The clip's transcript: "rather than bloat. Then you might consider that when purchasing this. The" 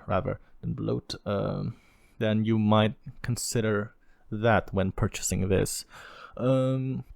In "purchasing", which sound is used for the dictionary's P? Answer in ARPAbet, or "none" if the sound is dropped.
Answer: P